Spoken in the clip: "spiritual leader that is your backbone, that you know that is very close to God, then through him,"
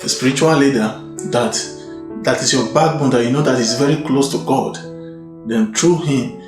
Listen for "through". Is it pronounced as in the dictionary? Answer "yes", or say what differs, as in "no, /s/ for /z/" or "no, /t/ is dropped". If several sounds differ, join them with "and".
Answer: no, /t/ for /θ/